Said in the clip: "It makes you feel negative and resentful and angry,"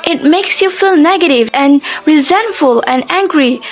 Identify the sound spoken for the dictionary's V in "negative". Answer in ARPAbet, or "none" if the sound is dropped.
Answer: V